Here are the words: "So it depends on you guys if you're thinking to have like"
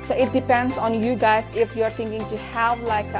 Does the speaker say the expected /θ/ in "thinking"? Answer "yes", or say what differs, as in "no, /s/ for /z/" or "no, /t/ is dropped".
no, /t/ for /θ/